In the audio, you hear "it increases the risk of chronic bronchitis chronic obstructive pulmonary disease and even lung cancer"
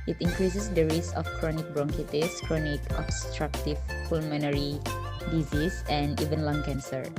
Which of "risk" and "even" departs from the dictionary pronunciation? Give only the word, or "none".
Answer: risk